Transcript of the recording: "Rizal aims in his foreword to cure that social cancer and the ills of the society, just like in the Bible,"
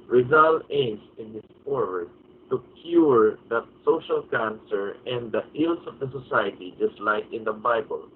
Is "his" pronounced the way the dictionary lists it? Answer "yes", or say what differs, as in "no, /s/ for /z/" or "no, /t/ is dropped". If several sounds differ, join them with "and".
no, /s/ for /z/